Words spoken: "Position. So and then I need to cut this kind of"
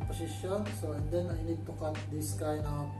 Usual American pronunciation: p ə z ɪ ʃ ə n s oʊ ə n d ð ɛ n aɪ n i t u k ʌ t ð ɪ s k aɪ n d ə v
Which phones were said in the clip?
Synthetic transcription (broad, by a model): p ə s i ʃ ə n s oʊ ə n d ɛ n aɪ n i t u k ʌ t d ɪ s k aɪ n ə